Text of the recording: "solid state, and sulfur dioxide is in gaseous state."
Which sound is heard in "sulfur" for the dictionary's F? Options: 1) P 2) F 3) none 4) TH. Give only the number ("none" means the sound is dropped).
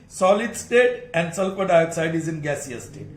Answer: 1